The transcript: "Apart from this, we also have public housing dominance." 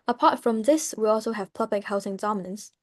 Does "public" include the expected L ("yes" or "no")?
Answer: no